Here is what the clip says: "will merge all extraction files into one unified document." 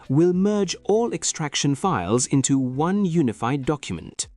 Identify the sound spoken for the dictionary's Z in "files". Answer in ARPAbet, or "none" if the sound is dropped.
Z